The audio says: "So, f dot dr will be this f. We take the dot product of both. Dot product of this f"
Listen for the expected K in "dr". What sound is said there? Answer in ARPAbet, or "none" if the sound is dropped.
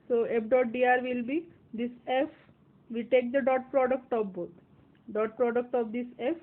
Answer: none